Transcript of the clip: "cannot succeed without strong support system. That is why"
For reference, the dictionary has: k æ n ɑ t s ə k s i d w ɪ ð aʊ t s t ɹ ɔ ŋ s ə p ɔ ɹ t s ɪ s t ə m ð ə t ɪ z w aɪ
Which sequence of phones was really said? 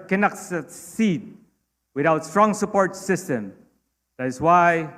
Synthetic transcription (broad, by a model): k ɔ n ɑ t s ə s i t w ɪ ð aʊ t s t ɹ ɔ ŋ s ə p ɔ ɹ t s ɪ s t ə m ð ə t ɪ s w aɪ